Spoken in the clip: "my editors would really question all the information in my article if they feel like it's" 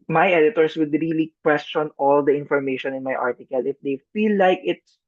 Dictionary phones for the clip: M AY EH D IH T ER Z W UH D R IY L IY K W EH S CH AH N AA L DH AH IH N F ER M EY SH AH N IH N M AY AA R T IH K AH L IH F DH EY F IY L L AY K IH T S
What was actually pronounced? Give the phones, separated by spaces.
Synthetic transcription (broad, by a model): M AY EH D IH T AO S W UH D R IY L IY K W EH S CH AH N AA L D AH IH N F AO M EY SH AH N IH N M AY AA R T IH K AH L IH F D EY F IY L L AY K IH T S